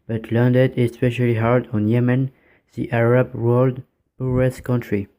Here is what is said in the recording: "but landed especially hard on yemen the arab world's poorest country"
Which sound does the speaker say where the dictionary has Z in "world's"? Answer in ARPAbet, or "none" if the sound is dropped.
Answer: none